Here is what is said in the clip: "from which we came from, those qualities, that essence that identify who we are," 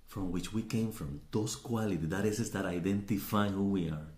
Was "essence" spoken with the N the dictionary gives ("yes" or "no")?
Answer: no